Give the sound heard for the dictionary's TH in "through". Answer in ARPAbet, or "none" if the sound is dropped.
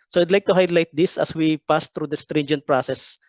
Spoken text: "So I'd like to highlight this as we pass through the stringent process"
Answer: T